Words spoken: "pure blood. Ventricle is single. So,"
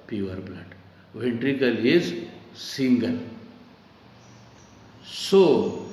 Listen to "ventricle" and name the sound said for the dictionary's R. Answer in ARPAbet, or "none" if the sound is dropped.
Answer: R